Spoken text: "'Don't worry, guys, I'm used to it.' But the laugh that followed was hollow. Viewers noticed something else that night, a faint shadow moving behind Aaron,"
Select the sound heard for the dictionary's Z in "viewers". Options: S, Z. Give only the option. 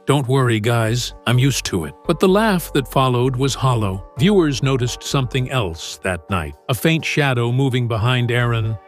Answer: Z